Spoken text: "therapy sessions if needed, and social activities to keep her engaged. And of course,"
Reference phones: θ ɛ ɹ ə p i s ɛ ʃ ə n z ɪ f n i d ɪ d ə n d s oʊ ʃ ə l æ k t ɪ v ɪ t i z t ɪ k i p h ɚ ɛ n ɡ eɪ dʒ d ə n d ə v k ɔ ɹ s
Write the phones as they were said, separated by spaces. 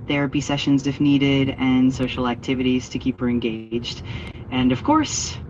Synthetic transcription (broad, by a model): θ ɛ ɹ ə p i s ɛ ʃ ə n z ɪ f n i d ɪ d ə n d s oʊ ʃ l æ k t ɪ v ɪ t i z t ɪ k i p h ɚ ɛ n ɡ eɪ dʒ d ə n ə v k ɔ ɹ s